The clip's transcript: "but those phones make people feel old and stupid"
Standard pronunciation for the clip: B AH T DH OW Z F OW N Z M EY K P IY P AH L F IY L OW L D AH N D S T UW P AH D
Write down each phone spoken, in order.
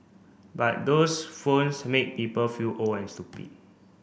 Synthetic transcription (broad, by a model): B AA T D OW S F OW N S M EY K P IY P AH L F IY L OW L AH N S T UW P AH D